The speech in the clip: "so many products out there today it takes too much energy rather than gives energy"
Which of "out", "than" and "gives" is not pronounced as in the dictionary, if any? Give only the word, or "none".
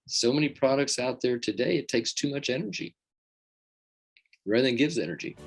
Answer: none